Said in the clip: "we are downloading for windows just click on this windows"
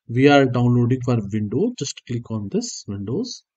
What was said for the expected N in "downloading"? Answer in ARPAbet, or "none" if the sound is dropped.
N